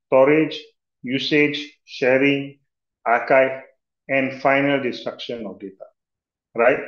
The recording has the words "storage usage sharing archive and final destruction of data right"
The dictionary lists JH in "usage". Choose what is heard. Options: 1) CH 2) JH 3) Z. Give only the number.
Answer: 2